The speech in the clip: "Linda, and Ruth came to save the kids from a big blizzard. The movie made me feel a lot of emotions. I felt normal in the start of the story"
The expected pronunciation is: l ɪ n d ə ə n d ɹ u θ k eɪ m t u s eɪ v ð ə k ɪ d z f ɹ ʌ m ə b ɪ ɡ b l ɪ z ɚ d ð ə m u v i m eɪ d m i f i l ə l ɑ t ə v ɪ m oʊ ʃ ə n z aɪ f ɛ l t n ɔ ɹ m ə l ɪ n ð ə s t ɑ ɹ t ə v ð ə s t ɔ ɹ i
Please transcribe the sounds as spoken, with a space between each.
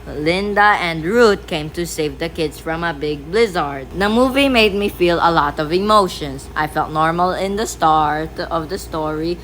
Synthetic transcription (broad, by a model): l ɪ n d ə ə n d ɹ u t k eɪ m t u s eɪ v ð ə k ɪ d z f ɹ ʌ m ə b ɪ ɡ b l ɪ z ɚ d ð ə m u v i m eɪ d m i f i l ə l ɑ t ə v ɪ m oʊ ʃ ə n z aɪ f ɛ l t n ɔ ɹ m ə l ɪ n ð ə s t ɑ ɹ t ə v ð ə s t ɔ ɹ i